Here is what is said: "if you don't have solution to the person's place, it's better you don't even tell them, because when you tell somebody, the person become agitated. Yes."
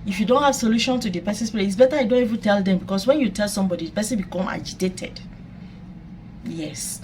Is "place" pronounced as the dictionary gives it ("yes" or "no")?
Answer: no